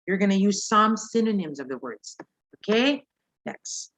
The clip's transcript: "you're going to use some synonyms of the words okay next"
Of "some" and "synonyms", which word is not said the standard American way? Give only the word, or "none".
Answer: none